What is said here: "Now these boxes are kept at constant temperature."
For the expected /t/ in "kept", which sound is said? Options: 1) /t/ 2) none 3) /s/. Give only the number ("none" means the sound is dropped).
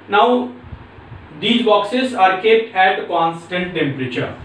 1